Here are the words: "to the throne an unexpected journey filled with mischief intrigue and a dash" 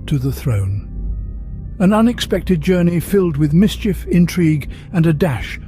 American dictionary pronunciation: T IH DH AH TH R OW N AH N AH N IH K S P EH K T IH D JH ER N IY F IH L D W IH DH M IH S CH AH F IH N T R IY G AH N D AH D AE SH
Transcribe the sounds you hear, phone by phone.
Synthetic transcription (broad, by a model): T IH DH AH TH R OW N AH N AH N IH K S P EH K T IH D JH ER N IY F IH L D W IH DH M IH S CH AH F IH N T R IY G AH N AH D AE SH